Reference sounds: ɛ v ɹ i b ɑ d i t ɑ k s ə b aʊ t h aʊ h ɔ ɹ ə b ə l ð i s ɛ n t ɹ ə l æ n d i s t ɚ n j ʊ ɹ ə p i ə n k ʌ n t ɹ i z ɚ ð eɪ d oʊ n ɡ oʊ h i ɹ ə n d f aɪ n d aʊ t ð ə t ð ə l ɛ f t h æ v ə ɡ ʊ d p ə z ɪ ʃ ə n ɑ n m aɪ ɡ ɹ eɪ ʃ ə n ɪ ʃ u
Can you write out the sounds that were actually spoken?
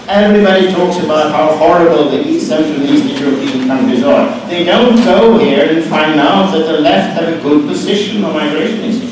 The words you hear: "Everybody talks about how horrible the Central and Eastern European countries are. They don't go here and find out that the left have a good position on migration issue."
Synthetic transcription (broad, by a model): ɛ v ɹ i b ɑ d i t ɑ k s ə b aʊ t h aʊ h ɔ ɹ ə b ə l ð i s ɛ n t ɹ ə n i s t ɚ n j ʊ ɹ ə p i ə n k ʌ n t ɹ i z ɚ ð eɪ d oʊ n ɡ oʊ h i ɹ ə n f aɪ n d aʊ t ð ə t ð ə l ɛ f t h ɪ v ə ɡ ʊ d p ə z ɪ ʃ ə n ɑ m aɪ ɡ ɹ eɪ ʃ ə n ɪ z